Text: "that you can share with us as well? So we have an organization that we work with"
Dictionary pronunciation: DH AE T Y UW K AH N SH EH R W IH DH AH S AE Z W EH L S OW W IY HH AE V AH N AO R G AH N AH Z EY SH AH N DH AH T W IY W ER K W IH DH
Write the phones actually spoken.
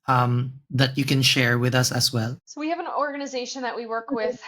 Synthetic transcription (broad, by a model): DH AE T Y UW K AH N SH EH R W IH DH AH S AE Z W EH L S OW W IY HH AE V AH N AO R G AH N AH Z EY SH AH N DH AH T W IY W ER K W IH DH